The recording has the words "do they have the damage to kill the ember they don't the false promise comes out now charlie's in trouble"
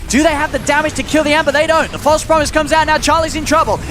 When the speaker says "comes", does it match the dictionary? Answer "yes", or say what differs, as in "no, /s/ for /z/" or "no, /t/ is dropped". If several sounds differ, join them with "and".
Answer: yes